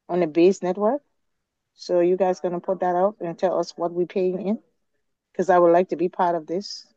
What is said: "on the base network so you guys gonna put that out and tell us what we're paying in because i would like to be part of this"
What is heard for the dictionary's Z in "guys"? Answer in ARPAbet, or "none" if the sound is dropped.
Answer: Z